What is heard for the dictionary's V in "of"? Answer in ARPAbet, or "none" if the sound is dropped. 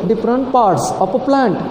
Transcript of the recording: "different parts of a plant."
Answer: P